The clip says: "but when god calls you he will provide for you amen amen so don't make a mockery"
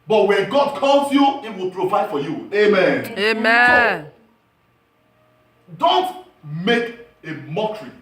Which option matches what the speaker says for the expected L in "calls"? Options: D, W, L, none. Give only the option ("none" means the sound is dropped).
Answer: L